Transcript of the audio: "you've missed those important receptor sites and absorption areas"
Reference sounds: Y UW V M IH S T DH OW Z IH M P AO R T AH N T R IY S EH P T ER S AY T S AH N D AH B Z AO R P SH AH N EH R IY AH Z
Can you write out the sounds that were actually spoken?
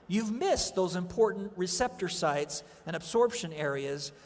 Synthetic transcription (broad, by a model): Y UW V M IH S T DH OW Z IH M P AO R T N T R IY S EH P T ER S AY T S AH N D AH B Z AO R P SH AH N EH R IY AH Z